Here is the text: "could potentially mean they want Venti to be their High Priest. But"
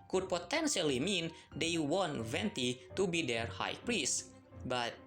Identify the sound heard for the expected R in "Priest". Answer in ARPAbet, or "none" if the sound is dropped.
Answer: R